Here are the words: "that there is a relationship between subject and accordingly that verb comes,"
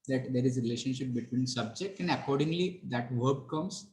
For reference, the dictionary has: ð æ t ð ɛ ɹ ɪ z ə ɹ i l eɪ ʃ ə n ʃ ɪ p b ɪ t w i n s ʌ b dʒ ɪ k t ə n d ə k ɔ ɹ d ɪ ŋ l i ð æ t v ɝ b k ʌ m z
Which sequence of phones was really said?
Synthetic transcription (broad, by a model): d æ t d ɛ ɹ ɪ z ə ɹ i l eɪ ʃ ə n ʃ ɪ p b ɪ t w i n s ʌ b dʒ ɪ k t ə n d ə k ɔ ɹ d ɪ ŋ l i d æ t v ɝ b k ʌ m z